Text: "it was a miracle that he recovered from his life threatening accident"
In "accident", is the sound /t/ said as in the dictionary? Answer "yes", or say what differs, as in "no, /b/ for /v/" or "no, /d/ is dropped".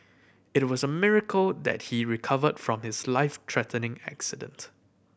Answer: yes